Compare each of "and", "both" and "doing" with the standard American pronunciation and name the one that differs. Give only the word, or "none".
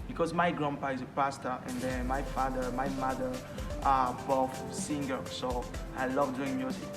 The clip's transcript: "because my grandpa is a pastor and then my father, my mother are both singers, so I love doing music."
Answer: both